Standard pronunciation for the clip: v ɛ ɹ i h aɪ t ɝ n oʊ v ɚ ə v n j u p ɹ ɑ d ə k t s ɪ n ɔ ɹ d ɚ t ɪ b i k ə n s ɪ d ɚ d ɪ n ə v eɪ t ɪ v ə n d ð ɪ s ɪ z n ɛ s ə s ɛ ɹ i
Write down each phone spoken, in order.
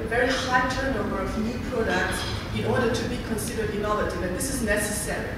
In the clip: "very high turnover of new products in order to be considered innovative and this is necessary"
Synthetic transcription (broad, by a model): v ɛ ɹ i h aɪ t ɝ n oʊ b ɚ ə v n j u p ɹ ɑ d ə k t s ɪ n ɔ ɹ d ɚ t ɪ b i k ə n s ɪ d ɚ d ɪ n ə v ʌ t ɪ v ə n ð ɪ s ɪ z n ɛ s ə s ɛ ɹ i